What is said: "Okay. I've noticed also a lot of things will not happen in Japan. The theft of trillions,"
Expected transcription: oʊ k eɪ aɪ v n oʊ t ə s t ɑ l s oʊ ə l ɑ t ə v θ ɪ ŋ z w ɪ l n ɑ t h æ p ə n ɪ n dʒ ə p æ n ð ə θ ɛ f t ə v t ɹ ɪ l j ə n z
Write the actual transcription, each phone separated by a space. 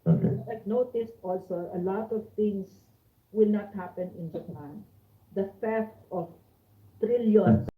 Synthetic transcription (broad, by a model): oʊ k n oʊ t ə s t ɑ l s oʊ ə l ɑ t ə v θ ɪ ŋ s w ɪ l n ɑ t h æ p ə n ɪ n dʒ ə p æ n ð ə f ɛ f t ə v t ɹ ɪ l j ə n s